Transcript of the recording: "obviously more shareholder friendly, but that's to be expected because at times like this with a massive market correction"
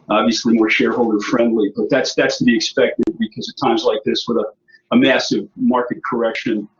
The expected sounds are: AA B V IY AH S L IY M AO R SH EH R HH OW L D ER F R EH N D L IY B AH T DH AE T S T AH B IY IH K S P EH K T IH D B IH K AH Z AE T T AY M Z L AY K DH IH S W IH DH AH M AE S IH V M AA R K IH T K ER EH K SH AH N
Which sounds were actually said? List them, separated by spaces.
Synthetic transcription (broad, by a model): AA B V IY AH S L IY M AO R SH EH R HH OW L D ER F R EH N D L IY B AH T DH AE T S T AH B IY IH K S P EH K T IH D B IH K AH Z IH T T AY M Z L AY K DH IH S W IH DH AH M AE S IH V M AA R K IH T K ER EH K SH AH N